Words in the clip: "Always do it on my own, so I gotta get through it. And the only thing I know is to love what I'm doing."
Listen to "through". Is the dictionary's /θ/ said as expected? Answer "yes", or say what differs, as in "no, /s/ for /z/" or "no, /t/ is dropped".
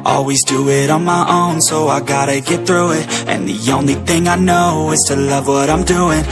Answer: yes